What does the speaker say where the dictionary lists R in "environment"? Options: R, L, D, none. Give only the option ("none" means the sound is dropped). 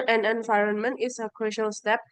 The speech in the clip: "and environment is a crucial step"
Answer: R